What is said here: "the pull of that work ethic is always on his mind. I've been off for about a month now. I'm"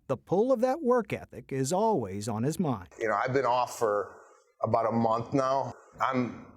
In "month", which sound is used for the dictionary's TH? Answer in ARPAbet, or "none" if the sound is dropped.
TH